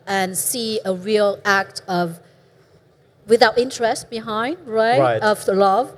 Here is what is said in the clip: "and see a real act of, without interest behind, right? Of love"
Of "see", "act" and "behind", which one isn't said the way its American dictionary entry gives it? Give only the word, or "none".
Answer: none